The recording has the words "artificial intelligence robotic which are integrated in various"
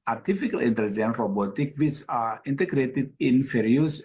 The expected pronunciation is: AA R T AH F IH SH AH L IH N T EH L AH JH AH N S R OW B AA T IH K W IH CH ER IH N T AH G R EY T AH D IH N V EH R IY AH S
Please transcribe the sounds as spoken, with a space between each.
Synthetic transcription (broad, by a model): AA R T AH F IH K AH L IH N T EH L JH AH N R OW B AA T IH K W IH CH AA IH N T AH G R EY T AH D IH N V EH R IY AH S